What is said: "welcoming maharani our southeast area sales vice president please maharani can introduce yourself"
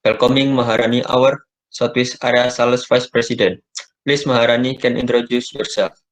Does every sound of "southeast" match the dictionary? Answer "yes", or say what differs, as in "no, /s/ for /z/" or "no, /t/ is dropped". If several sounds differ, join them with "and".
no, /t/ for /θ/ and /t/ is dropped